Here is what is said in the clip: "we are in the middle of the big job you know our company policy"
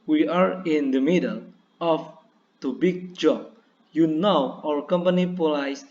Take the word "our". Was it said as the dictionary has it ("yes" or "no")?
no